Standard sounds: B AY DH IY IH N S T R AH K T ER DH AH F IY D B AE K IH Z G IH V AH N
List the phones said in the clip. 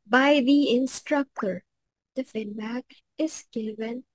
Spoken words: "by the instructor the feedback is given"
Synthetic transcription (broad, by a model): B AY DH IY IH N S T R AH K T ER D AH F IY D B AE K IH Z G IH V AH N